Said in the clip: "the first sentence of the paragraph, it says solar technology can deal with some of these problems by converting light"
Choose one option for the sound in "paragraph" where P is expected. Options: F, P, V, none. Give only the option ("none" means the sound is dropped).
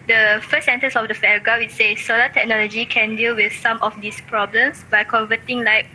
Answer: F